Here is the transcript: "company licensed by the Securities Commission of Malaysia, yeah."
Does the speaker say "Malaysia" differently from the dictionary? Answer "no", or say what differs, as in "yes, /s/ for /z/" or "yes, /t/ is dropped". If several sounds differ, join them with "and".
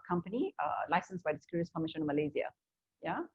yes, /z/ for /ʒ/